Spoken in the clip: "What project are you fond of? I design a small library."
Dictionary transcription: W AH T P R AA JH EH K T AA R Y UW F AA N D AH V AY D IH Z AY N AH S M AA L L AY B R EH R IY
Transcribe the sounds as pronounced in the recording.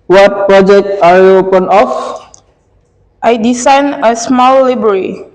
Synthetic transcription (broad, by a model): W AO T P R AA JH EH K T AA R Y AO P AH N AH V AY D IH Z AY N AH S M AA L L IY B R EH R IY